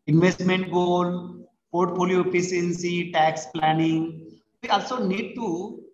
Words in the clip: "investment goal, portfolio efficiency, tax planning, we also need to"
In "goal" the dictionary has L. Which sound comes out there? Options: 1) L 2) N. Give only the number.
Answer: 1